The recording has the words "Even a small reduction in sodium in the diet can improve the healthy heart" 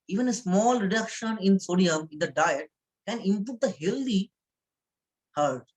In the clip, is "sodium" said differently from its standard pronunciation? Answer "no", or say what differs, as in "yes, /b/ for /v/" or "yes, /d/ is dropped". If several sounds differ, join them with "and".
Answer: no